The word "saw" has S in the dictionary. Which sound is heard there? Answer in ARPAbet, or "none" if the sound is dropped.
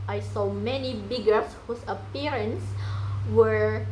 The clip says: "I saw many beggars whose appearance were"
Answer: S